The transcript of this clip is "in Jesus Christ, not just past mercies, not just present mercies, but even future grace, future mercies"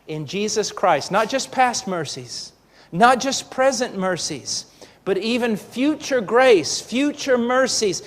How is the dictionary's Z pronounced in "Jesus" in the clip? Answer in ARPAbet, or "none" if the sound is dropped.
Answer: Z